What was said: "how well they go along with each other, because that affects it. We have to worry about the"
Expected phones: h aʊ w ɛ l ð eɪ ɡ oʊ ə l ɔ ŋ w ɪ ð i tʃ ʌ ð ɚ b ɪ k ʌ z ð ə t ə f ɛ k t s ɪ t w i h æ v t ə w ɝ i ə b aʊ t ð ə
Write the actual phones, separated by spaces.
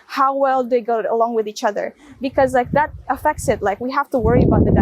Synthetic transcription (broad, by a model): h aʊ w ɛ l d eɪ ɡ oʊ ə l ɔ ŋ w ɪ ð i tʃ ʌ ð ɚ b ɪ k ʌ z ð ə t ə f ɛ k t s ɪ t w i h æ f t ə w ɝ i ə b aʊ t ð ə